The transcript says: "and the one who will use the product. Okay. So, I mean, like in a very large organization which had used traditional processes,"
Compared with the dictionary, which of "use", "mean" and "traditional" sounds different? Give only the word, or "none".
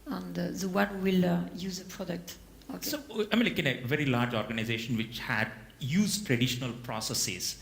none